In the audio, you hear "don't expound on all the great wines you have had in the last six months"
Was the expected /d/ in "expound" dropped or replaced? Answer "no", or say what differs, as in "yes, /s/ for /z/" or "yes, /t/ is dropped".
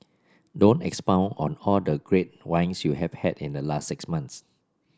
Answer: yes, /d/ is dropped